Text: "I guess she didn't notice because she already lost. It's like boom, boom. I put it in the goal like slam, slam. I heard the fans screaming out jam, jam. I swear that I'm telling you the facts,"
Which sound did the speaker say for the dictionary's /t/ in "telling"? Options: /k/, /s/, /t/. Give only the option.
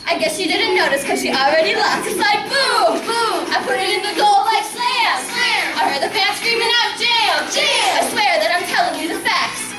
/t/